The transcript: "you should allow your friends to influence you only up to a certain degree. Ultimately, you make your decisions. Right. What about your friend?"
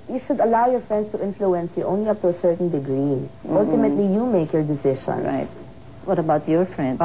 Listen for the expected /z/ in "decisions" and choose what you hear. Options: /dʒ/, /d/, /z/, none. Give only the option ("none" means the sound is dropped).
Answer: none